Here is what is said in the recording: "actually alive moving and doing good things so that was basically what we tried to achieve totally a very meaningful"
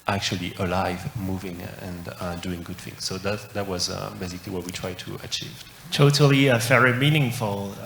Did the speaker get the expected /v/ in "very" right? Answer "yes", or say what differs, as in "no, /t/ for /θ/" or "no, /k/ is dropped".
no, /f/ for /v/